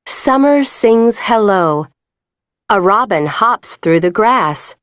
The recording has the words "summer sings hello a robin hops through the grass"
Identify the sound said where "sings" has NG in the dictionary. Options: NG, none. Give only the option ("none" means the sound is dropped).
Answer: NG